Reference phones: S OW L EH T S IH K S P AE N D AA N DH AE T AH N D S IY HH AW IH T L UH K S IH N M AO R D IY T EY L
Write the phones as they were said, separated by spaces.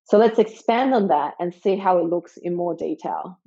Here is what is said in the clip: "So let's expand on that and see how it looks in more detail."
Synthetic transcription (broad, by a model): S OW L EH T S IH K S P AE N D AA N DH AE T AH N S IY HH AW IH T L UH K S IH N M AO R D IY T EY L